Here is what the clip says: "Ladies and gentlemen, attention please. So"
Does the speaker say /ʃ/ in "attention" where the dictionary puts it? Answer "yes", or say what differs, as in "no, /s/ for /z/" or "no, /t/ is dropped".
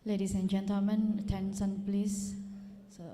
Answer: no, /s/ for /ʃ/